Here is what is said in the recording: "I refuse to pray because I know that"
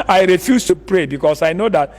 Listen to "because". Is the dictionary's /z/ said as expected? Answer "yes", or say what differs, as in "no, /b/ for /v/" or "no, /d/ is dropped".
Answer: no, /s/ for /z/